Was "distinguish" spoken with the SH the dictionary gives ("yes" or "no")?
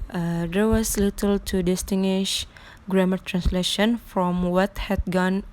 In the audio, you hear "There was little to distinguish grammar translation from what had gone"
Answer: yes